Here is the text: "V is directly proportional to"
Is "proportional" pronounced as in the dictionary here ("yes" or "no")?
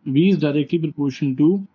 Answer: no